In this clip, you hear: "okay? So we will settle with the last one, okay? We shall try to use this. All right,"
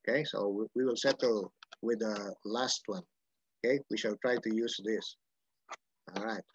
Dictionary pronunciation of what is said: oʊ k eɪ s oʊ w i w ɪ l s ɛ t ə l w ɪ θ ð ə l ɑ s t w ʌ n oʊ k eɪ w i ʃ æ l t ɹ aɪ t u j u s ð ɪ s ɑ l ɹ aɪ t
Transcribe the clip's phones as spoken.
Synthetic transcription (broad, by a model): k eɪ s oʊ w i w ɪ l s ɛ t ə l w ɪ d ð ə l ɑ s t w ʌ n oʊ k eɪ w i ʃ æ l t ɹ aɪ t u j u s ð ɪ s ɑ l ɹ aɪ t